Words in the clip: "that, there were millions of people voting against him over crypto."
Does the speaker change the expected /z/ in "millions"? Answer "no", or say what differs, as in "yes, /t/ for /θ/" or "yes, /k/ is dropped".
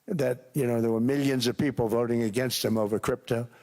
no